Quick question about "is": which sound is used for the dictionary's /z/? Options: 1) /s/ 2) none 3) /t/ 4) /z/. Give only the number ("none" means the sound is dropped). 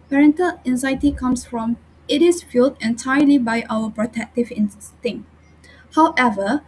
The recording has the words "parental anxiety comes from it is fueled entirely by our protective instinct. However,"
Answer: 1